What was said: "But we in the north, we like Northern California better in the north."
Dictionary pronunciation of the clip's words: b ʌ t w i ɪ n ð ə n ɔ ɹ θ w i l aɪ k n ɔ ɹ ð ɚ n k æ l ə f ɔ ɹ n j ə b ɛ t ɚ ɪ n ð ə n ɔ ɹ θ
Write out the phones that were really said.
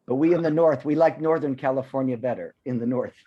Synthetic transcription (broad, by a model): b ʌ t w i ɪ n ð ə n ɔ ɹ θ w i l aɪ k n ɔ ɹ ð ɚ n k æ l ə f ɔ ɹ n j ə b ɛ t ɚ ɪ n ð ə n ɔ ɹ θ